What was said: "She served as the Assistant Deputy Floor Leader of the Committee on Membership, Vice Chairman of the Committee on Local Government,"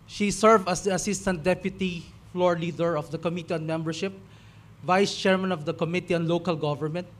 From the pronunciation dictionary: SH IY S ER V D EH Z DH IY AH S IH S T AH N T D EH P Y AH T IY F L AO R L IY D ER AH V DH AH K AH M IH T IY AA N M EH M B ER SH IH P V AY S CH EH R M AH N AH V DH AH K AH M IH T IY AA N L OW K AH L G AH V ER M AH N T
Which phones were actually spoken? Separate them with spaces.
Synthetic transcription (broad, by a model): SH IY S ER V AH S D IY AH S IH S T AH N T D EH P Y AH T IY F L AO R L IY D ER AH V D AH K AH M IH T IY AA N M EH M B ER SH IH P V AY S CH EH R M AH N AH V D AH K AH M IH T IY AA N L OW K AH L G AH V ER M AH N T